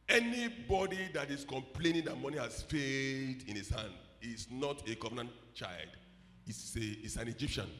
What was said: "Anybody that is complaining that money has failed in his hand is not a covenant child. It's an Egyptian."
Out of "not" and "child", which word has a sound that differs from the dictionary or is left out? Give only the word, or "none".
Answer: none